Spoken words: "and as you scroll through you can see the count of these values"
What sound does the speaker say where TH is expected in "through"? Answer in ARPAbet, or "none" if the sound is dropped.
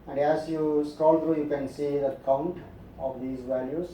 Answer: T